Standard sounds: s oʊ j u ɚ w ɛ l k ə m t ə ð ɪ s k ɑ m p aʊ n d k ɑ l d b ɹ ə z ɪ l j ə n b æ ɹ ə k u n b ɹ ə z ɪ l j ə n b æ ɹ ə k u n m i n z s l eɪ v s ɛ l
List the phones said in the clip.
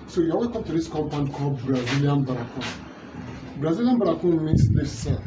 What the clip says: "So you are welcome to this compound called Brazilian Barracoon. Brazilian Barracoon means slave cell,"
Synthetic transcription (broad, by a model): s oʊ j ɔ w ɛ k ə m t ə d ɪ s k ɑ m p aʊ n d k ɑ b ɹ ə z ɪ l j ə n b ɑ ɹ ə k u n b ɹ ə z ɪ l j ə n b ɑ ɹ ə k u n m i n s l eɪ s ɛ